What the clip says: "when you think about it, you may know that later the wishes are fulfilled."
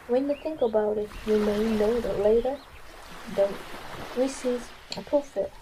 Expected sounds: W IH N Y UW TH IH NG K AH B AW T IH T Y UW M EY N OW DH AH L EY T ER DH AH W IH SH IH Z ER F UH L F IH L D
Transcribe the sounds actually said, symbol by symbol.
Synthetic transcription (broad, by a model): W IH N Y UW TH IH NG K AH B AW T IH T Y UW M EY N OW DH AH L EY T ER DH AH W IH S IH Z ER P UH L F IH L